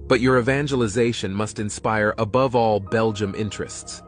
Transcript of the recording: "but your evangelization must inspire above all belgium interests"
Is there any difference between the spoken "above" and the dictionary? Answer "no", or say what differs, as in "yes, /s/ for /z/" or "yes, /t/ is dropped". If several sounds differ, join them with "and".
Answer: no